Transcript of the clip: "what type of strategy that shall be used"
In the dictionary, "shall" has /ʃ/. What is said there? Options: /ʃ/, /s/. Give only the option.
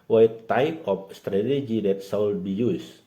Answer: /s/